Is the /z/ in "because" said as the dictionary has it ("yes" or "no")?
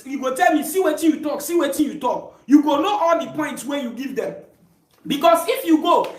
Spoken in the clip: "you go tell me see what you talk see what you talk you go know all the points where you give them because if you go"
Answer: no